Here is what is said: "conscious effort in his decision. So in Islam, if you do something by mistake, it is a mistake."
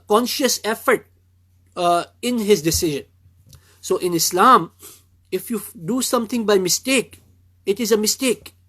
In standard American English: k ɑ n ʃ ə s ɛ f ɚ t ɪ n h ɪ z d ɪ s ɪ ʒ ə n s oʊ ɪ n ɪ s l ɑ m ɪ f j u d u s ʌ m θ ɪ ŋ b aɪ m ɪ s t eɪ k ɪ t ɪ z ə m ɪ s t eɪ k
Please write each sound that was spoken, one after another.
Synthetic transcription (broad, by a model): k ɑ n ʃ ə s ɛ f ɚ t ɪ n h ɪ z d ɪ s ɪ ʒ ə n s oʊ ɪ n ɪ s l ɑ m ɪ f j u d u s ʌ m t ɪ ŋ b aɪ m ɪ s t eɪ k ɪ t ɪ z ə m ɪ s t eɪ k